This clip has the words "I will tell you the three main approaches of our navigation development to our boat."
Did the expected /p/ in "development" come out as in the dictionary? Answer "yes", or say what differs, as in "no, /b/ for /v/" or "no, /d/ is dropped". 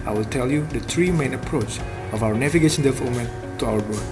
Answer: no, /p/ is dropped